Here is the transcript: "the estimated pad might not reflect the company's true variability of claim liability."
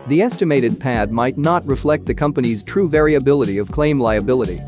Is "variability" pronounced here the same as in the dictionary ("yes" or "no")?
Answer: yes